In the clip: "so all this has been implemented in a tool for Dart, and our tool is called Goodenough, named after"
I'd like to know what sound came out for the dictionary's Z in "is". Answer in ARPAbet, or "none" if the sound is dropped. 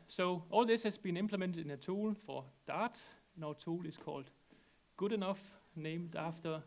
S